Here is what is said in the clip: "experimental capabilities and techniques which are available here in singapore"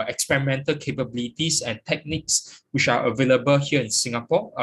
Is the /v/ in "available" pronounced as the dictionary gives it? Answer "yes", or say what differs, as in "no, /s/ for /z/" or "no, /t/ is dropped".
yes